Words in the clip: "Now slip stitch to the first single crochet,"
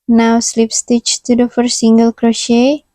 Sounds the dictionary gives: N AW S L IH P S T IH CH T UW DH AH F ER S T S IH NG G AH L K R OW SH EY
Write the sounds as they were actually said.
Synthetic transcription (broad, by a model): N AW S L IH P S T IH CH T UW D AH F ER T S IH NG G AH L K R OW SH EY